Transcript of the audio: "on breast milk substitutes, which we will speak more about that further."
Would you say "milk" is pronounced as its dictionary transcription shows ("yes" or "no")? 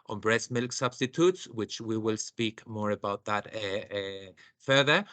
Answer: yes